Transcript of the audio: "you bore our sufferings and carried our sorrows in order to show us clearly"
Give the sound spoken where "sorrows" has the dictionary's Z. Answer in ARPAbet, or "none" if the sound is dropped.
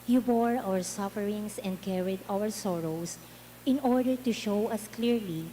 S